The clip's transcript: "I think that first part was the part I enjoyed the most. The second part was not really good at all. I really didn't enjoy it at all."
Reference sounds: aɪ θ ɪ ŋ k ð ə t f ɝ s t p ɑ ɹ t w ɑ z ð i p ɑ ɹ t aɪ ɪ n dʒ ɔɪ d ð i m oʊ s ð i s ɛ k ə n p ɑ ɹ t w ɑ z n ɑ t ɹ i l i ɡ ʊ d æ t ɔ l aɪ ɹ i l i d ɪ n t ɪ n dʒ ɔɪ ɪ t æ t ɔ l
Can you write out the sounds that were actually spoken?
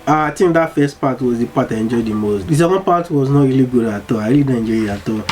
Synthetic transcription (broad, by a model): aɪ t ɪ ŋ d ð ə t f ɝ s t p ɑ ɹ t w ɑ z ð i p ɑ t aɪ ɪ n dʒ ɔɪ d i m oʊ s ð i s ɛ k ə n p ɑ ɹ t w ɑ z n ɑ t ɹ i l i ɡ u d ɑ t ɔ aɪ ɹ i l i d ɪ n dʒ ɔɪ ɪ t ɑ t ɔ